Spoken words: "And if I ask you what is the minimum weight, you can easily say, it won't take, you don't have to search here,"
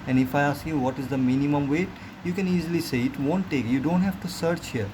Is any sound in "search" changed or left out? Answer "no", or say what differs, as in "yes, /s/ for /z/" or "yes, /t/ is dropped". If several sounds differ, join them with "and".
no